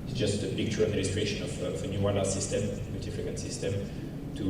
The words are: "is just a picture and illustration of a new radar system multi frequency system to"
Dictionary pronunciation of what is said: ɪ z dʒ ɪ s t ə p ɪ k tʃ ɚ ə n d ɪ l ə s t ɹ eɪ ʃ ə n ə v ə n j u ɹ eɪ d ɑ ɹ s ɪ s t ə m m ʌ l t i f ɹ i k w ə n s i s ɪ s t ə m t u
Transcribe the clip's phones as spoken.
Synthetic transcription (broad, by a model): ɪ dʒ ɪ s t ə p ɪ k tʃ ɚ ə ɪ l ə s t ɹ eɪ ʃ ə n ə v ə n j u w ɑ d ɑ s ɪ s t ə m m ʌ t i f i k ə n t s ɪ s t ə m t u